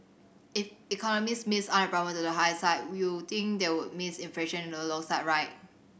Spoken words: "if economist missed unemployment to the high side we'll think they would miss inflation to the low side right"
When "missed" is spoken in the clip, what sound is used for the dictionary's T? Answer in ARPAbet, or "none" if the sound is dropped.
none